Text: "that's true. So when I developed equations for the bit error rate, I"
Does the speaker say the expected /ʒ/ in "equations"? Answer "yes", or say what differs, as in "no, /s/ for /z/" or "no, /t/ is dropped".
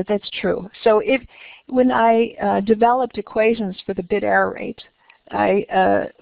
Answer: yes